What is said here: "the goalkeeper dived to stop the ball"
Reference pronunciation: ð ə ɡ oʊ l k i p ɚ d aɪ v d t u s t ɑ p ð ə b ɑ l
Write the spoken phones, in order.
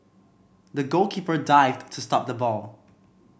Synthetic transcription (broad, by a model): ð ə ɡ oʊ l k i p ɚ d aɪ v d t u s t ɑ p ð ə b ɑ l